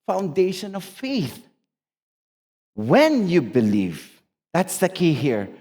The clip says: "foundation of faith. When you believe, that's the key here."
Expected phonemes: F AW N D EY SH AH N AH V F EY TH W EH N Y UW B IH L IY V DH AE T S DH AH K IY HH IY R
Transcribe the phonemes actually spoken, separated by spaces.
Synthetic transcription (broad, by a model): F AW N D EY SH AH N AH V F EY TH W EH N Y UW B IH L IY V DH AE T S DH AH K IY HH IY R